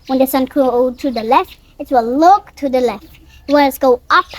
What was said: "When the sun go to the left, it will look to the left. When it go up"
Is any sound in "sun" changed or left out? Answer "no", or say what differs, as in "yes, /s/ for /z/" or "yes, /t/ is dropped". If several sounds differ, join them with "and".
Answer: no